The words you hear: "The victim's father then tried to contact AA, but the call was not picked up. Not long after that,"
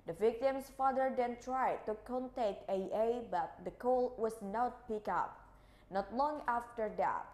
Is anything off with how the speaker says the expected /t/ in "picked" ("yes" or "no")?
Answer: yes